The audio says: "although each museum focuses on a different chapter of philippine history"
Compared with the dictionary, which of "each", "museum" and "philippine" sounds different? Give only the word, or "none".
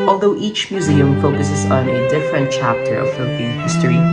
philippine